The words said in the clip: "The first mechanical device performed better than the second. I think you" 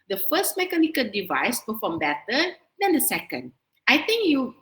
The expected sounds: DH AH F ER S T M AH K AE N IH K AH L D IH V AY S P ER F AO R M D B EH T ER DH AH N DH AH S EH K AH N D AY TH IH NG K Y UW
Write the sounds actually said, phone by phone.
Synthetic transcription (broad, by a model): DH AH F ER S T M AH K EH N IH K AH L D IH V AY S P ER F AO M B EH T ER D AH N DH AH S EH K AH N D AY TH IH NG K Y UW